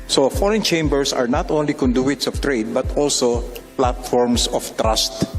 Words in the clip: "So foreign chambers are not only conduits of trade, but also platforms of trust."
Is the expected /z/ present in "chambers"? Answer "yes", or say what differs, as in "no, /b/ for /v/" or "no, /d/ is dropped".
no, /s/ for /z/